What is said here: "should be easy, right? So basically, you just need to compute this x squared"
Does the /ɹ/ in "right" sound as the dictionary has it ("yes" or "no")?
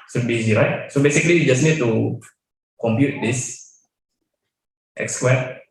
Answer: yes